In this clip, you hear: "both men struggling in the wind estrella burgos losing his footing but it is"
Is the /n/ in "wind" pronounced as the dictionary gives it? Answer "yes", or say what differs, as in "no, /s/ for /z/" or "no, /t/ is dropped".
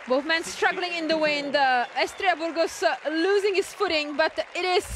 yes